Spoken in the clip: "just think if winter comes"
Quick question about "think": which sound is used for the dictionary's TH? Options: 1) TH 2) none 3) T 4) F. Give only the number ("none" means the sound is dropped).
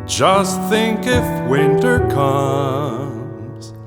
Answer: 1